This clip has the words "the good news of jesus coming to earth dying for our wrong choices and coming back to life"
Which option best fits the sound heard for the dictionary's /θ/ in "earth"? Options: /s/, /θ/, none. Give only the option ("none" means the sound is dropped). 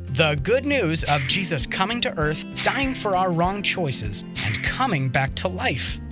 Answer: /θ/